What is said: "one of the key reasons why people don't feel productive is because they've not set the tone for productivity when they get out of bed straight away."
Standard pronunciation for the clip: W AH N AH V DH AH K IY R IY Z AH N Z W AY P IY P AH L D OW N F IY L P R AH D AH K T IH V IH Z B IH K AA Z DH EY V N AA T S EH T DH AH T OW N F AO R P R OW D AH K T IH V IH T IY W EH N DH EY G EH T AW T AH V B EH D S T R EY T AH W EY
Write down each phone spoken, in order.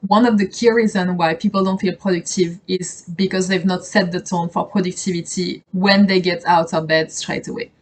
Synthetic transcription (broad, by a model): W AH N AH V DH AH K IY R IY Z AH N W AY P IY P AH L D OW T F IY L P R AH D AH K T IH V IH Z B IH K AA Z DH EY V N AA T S EH T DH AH T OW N F AO R P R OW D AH K T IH V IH T IY W EH N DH EY G EH T AW T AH B EH D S T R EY T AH W EY